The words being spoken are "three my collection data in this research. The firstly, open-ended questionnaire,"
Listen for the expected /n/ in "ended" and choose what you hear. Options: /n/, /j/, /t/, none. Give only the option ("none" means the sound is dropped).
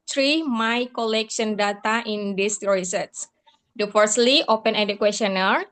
none